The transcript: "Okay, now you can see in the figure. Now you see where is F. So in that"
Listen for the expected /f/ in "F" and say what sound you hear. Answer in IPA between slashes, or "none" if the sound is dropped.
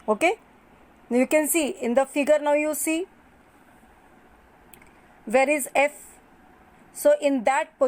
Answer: /f/